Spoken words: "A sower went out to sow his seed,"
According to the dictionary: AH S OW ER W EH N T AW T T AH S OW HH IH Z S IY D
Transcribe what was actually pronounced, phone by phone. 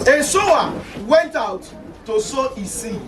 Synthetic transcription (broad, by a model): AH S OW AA W EH N T AW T T AH S OW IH S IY